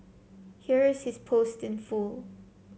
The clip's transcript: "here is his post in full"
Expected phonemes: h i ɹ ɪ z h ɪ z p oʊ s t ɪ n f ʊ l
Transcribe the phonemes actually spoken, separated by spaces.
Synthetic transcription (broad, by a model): h i ɹ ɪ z h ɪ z p oʊ s t ɪ n f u l